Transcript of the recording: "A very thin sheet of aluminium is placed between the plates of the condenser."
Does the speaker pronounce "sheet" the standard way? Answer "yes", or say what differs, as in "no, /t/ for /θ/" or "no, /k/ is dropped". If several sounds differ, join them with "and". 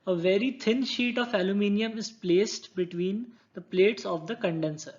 yes